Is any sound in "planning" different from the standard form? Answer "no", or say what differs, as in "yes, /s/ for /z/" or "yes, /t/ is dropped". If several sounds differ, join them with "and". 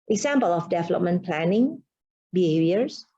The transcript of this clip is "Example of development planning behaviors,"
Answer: no